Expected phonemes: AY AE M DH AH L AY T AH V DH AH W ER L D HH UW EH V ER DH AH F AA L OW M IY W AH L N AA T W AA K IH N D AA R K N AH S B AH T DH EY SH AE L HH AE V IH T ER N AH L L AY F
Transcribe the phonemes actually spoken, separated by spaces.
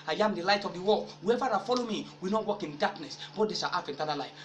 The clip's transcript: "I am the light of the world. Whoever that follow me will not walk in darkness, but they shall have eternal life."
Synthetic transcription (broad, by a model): AY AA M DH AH L AY T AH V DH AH W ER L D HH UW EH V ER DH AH F AA L OW M IY W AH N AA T W AA K IH N D AA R K N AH S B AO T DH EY S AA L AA F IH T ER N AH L L AY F